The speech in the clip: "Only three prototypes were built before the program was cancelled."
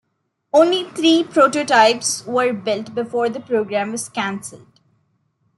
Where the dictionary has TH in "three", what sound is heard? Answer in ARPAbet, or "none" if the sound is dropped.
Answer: T